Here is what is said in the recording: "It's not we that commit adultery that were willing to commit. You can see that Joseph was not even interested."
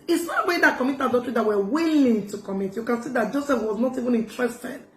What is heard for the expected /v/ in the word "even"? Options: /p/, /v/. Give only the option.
/v/